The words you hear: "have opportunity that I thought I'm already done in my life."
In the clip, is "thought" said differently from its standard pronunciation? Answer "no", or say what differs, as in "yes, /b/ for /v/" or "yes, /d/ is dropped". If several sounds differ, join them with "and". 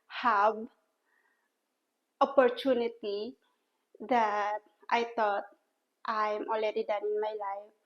yes, /t/ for /θ/